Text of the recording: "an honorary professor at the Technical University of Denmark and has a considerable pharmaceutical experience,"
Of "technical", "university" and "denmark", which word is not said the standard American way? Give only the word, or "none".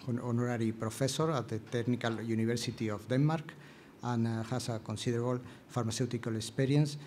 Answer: university